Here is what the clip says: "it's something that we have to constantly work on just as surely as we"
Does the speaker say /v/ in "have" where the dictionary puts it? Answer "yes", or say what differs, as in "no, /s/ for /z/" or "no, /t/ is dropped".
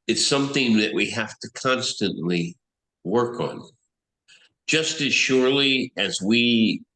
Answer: no, /f/ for /v/